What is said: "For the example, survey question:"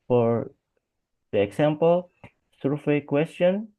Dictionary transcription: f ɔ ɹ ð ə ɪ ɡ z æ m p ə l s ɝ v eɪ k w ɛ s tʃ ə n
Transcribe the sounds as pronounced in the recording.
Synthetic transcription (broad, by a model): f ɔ ɹ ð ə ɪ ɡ s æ m p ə l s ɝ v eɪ k w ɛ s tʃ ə n